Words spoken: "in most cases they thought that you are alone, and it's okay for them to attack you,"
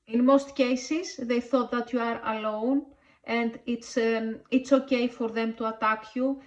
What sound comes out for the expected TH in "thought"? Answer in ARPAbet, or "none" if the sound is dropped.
TH